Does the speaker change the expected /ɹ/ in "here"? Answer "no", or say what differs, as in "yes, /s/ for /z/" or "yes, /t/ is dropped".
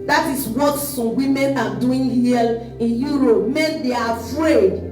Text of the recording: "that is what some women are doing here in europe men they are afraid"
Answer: yes, /l/ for /ɹ/